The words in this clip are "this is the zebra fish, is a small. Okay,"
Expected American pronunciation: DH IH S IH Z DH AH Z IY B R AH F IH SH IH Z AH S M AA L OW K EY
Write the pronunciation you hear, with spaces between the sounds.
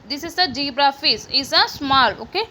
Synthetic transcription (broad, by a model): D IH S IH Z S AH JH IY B R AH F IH S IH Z AH S M AA L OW K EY